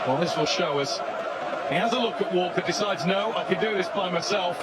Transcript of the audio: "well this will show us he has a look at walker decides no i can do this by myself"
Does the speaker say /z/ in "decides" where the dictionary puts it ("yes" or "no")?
yes